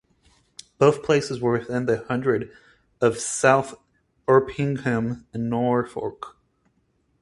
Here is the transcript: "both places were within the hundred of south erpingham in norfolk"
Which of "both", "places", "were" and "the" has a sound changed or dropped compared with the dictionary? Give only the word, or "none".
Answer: none